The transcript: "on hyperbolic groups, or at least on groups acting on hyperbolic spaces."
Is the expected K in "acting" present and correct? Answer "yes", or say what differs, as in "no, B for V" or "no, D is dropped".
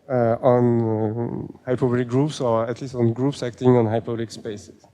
yes